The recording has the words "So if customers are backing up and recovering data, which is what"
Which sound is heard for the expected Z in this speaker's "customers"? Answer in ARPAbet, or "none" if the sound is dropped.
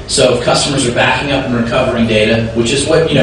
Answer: Z